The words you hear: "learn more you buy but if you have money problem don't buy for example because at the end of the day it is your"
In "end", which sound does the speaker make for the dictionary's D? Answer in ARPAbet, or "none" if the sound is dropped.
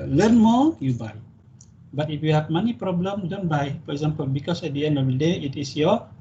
none